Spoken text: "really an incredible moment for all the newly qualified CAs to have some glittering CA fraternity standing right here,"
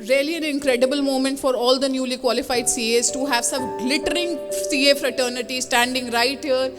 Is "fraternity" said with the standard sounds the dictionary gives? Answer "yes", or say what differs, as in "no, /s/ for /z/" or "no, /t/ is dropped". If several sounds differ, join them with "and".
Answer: yes